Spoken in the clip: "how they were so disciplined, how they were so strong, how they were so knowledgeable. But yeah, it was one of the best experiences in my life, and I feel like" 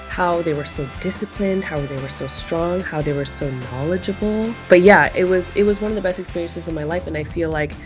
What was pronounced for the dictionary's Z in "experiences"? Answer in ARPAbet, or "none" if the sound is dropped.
Z